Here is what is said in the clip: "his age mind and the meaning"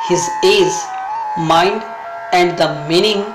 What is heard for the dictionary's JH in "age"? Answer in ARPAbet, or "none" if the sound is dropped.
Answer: Z